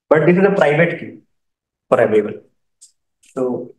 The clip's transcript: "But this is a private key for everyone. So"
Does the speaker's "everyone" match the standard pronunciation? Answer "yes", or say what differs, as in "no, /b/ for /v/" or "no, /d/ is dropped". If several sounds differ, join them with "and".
no, /l/ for /n/